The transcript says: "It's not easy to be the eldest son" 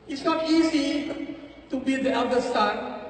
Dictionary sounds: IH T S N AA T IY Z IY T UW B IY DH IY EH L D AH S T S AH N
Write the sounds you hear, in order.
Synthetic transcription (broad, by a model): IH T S N AA T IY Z IY T UW B IY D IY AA D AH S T S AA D